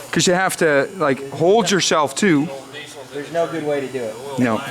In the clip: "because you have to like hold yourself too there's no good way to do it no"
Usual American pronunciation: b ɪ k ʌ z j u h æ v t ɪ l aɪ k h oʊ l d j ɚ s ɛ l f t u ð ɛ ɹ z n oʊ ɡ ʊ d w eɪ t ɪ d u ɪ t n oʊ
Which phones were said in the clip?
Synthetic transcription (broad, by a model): k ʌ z j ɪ h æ f t ɪ l aɪ k h oʊ l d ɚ s ɛ l f t u ð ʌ ɹ z n oʊ ɡ ʊ d w eɪ t ɪ d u ɪ t n oʊ